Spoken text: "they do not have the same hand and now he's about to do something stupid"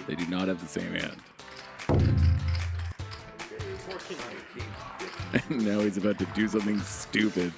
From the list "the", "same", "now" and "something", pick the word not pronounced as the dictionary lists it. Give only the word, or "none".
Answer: none